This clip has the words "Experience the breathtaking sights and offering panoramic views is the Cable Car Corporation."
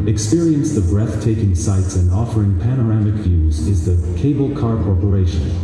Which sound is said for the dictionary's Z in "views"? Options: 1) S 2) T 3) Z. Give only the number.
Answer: 3